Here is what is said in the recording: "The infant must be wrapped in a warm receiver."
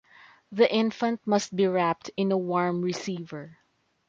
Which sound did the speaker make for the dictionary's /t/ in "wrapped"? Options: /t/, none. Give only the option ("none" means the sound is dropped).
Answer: /t/